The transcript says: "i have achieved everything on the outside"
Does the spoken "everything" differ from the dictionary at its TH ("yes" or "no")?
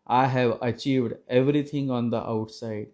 yes